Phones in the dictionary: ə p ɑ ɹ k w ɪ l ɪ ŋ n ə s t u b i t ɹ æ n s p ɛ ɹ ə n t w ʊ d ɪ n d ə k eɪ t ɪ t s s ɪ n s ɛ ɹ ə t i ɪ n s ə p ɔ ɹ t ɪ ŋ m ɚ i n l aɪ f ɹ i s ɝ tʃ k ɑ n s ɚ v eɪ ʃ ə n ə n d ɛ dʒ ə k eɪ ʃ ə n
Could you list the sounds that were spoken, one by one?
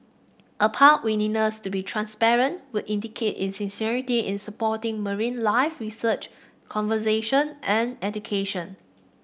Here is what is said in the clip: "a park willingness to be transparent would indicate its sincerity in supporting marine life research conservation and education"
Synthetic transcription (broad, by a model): ə p ɑ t w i n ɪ n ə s t u b i t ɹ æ n s p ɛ ɹ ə n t w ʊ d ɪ n d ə k eɪ t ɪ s s ɪ n s ɛ ɹ ə t i ɪ n s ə p ɔ t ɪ ŋ m ɚ i n l aɪ f ɹ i s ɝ tʃ k ɑ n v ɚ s eɪ ʃ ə n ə n ɛ dʒ ə k eɪ ʃ ə n